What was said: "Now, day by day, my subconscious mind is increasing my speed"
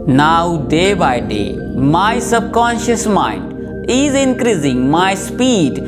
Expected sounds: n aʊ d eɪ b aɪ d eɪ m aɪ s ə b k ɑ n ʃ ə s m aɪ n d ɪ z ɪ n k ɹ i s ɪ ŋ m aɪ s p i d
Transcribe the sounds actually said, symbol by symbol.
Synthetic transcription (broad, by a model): n aʊ d eɪ b aɪ d eɪ m aɪ s ə b k ɑ n ʃ ə s m aɪ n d ɪ z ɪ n k ɹ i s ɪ ŋ m aɪ s p i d